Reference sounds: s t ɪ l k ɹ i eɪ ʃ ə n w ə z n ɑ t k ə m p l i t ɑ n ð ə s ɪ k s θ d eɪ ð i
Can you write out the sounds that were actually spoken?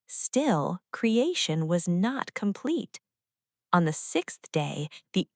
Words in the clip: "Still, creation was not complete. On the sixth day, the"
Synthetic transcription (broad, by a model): s t ɪ l k ɹ i eɪ ʃ ə n w ə z n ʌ t k ə m p l i t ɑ n ð ə s ɪ k s θ d eɪ ð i